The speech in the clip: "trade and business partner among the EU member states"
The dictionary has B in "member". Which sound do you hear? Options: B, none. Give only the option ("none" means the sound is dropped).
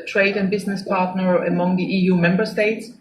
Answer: B